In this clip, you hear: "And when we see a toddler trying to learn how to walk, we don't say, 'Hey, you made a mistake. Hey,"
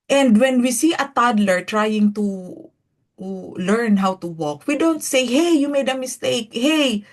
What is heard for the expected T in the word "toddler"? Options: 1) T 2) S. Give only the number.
1